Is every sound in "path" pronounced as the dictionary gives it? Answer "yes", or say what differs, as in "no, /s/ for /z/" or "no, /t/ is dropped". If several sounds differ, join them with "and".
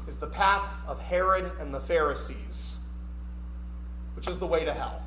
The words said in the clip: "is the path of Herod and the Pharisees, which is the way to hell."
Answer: yes